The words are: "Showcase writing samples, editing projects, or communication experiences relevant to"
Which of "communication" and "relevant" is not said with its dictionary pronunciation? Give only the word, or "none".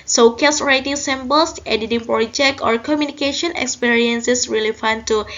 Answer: relevant